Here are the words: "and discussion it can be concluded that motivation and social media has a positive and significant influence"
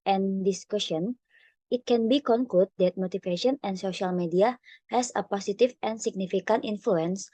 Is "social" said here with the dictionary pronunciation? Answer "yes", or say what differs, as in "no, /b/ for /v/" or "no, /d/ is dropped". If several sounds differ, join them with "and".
yes